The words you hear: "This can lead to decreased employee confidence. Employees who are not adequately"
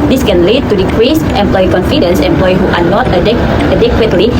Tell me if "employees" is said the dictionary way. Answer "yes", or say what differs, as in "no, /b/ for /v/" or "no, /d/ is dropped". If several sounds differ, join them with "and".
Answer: no, /z/ is dropped